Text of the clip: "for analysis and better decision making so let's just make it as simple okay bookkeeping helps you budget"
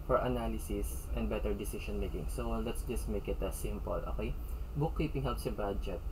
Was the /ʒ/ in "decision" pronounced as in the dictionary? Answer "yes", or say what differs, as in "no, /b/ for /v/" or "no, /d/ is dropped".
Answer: no, /ʃ/ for /ʒ/